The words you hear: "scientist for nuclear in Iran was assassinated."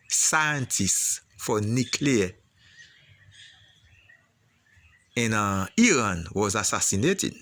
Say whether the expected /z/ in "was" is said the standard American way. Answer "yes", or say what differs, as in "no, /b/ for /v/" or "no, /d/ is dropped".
yes